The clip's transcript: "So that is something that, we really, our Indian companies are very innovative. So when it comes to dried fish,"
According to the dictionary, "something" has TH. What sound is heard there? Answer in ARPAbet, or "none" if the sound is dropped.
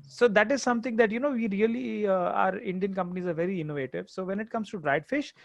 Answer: T